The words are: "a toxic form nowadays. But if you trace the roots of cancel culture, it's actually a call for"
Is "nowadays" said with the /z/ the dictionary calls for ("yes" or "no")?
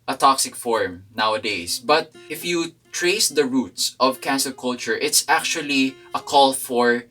no